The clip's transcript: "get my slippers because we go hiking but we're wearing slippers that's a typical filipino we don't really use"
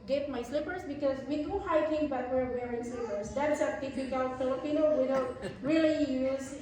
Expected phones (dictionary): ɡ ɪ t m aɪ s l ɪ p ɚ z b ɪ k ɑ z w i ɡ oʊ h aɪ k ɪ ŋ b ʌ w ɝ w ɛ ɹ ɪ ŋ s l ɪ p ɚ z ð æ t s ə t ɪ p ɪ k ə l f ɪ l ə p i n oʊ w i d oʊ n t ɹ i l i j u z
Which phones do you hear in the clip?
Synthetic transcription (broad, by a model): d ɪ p m aɪ s l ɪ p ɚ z b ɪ k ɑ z w i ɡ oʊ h aɪ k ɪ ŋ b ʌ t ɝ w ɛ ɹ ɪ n s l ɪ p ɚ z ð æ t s ə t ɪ f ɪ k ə l f ɪ l ə p i n oʊ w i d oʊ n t ɹ i l i j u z